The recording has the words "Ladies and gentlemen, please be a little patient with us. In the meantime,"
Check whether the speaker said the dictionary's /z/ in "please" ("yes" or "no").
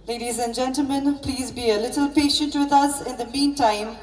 yes